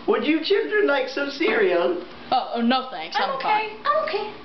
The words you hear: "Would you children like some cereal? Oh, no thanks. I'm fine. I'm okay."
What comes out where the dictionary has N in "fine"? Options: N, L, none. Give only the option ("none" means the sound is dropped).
none